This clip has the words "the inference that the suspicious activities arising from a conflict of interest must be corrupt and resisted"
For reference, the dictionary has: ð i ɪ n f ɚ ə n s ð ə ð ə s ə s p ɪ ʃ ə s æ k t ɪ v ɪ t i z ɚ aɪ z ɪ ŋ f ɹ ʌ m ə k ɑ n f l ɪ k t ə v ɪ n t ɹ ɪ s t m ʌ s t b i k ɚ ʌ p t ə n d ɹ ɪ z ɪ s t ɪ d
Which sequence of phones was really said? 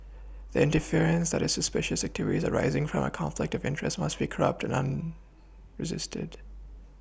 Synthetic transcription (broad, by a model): ð i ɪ n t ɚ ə n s ð ə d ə s ə s p ɪ ʃ ə s æ k t ɪ v ɪ t i z ɚ aɪ z ɪ ŋ f ɹ ʌ m ə k ɑ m f l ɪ k t ə v ɪ n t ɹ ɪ s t m ʌ s t b i k ɚ ʌ p t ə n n ɹ ɪ z ɪ s t ɪ d